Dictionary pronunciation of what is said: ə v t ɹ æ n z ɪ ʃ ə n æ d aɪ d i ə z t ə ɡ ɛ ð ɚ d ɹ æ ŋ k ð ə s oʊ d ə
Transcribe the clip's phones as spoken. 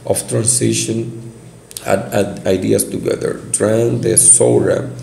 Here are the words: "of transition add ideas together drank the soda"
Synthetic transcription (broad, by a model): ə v t ɹ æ n s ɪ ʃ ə n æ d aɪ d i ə s t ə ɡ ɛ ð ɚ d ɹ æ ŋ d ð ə s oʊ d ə